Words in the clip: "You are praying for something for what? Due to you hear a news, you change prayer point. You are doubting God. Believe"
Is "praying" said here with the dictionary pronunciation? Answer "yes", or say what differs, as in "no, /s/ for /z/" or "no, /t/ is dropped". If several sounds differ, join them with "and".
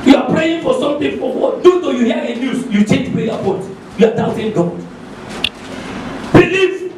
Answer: yes